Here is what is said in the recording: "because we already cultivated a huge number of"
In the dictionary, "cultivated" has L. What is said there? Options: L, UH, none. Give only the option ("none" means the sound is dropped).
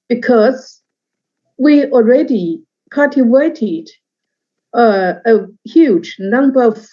none